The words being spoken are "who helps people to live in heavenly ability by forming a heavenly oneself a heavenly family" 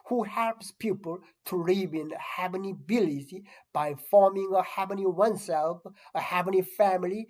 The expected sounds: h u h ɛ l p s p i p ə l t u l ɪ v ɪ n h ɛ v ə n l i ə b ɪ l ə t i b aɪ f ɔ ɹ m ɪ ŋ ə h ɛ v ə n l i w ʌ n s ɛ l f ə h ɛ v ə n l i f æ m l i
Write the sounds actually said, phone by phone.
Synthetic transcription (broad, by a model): h u h ɛ l p s p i p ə l t u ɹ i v ɪ n h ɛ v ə n i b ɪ l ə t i b aɪ f ɔ ɹ m ɪ ŋ ə h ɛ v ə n i w ʌ n s ɛ l f ə h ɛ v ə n i f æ m l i